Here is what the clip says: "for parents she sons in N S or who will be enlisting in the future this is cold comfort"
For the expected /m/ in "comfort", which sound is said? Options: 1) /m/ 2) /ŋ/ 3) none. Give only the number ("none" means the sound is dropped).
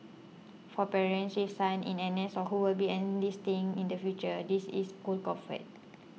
3